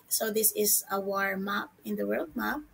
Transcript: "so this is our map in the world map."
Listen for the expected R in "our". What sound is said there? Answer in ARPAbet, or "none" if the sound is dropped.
R